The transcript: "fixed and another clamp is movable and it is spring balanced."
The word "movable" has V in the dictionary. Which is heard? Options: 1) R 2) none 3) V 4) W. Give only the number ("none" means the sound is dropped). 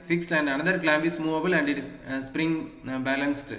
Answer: 3